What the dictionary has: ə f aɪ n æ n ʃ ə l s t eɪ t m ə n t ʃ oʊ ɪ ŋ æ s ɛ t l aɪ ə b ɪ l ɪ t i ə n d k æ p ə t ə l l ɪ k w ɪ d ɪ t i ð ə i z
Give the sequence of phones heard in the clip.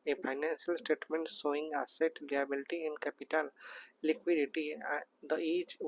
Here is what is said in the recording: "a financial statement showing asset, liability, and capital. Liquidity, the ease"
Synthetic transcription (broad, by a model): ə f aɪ n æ n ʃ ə l s t eɪ t m ə n t s oʊ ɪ ŋ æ s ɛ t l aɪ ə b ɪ l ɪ t i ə n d k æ p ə t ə l l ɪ k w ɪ d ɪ t i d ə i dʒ